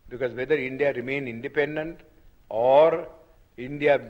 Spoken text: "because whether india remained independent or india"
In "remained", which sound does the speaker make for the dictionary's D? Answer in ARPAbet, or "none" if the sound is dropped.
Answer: none